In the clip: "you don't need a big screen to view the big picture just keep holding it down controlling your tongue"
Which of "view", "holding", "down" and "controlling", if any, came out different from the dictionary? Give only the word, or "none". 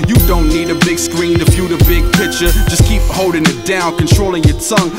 view